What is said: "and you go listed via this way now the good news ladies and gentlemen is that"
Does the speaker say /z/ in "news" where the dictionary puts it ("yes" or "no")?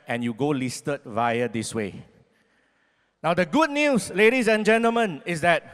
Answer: no